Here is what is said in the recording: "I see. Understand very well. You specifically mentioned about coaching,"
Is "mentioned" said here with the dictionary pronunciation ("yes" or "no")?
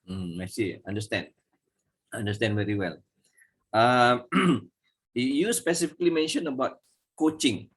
no